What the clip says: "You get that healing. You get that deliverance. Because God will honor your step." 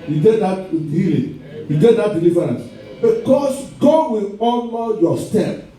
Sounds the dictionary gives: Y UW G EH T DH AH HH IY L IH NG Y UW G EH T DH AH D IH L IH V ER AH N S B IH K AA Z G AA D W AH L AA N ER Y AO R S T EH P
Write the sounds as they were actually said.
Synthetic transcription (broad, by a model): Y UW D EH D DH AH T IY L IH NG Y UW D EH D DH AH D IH L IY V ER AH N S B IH K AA S G AA D W AH L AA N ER Y AO S T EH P